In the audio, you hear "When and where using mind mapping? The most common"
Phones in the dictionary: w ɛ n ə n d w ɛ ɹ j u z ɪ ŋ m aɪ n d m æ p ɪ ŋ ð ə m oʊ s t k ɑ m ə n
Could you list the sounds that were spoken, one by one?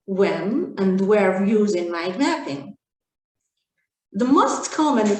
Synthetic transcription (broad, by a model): w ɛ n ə n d w ɛ ɹ j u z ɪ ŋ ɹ aɪ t m æ p ɪ ŋ ð ə m oʊ s t k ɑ m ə n